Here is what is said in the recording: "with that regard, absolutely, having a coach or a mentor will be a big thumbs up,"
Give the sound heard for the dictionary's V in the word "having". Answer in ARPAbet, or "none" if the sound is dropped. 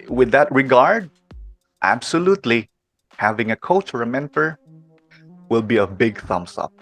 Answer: V